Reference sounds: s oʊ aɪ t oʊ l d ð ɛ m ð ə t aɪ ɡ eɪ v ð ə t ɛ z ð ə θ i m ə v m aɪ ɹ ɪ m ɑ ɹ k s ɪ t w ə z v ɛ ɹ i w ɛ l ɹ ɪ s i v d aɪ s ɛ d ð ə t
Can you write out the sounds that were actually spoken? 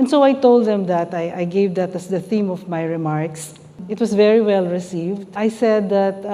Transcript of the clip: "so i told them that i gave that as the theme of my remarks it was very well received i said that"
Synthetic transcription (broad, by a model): s oʊ aɪ t oʊ l d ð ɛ m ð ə t aɪ ɡ eɪ v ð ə t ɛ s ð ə θ i m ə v m aɪ ɹ ɪ m ɑ ɹ k s ɪ t w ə s v ɛ ɹ i w ɛ l ɹ ɪ s i v d aɪ s ɛ d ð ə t